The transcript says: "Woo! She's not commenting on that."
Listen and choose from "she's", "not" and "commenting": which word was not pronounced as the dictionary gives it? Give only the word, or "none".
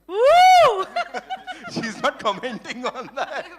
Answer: none